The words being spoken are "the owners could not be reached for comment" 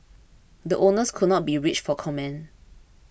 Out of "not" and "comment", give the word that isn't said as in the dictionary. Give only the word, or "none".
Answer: comment